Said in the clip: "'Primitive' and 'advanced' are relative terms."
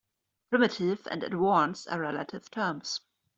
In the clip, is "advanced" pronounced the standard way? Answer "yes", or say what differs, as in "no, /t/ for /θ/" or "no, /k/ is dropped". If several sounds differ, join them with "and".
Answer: no, /w/ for /v/ and /t/ is dropped